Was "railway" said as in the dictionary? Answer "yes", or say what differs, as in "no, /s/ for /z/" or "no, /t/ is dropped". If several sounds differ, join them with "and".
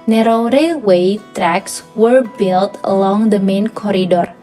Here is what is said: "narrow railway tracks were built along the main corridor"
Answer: no, /l/ is dropped